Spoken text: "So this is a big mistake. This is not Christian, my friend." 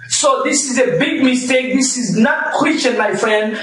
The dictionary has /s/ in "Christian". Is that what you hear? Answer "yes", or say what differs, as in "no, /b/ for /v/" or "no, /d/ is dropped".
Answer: no, /s/ is dropped